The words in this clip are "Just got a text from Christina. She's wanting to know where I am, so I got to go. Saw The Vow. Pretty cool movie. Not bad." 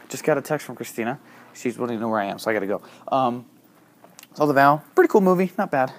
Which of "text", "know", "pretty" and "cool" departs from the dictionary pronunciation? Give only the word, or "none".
none